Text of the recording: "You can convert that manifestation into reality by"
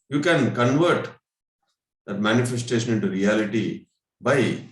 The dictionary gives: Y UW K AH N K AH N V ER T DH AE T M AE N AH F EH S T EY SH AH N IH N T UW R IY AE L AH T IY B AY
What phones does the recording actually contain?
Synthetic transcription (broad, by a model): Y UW K AH N K AH N V ER T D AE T M AE N AH F EH S T EY SH AH N IH N T UW R IY AE L AH T IY B AY